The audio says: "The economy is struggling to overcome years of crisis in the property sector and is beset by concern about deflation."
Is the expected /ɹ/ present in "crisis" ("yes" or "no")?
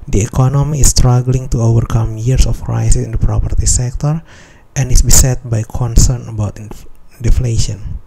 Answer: yes